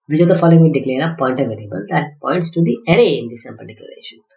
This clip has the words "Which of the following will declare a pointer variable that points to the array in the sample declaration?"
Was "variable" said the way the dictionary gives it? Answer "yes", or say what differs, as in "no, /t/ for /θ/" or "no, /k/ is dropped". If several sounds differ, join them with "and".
no, /l/ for /ɹ/